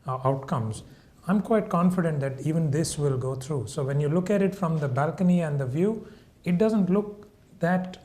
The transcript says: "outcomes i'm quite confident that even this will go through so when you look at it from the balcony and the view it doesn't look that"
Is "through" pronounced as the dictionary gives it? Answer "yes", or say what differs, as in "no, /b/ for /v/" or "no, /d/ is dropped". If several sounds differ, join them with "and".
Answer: no, /t/ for /θ/